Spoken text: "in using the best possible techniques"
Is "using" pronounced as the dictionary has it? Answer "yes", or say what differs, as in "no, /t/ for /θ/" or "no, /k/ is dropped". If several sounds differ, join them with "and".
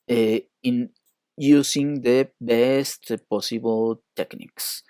no, /s/ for /z/